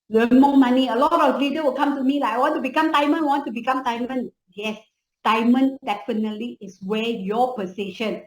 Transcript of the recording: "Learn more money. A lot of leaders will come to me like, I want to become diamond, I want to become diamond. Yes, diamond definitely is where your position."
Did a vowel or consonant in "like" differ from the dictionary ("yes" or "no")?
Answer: yes